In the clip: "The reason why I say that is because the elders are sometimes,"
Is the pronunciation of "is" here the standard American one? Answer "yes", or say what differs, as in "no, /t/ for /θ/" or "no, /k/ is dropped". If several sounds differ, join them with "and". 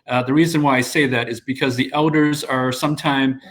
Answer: yes